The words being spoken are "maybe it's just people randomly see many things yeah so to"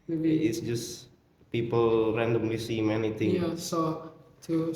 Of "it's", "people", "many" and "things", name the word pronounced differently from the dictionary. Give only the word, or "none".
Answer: things